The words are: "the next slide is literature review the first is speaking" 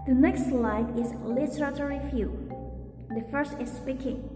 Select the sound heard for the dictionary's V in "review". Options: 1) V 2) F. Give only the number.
2